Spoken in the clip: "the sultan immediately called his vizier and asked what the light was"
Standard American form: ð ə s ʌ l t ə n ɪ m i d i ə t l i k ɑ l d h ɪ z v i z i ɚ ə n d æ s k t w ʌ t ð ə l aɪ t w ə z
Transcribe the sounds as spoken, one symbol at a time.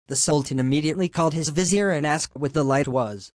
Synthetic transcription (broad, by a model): ð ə s ʌ l t ə n ɪ m i d i ə t l i k ɑ l d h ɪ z v i z i ɚ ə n æ s k t w ʌ t ð ə l aɪ t w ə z